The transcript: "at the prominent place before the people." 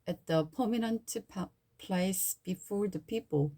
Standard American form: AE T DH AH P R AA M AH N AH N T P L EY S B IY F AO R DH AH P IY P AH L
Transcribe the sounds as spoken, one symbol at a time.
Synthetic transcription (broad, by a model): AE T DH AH P AA M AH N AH N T P L EY S B IY F AO R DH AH P IY P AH L